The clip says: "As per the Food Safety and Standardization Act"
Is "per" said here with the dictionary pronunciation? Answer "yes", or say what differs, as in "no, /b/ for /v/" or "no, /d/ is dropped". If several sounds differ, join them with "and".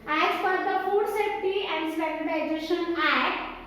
no, /f/ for /p/